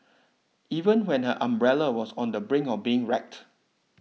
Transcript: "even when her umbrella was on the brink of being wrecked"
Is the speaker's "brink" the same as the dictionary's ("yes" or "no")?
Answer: no